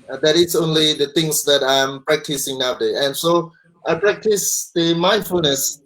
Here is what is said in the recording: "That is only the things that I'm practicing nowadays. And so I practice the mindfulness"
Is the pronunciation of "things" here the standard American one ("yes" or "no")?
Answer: no